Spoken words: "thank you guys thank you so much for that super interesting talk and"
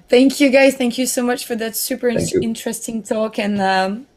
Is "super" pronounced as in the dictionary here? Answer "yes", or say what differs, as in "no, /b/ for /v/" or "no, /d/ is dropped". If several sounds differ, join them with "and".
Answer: yes